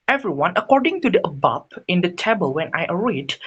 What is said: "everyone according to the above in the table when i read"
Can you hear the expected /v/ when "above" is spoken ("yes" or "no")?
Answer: no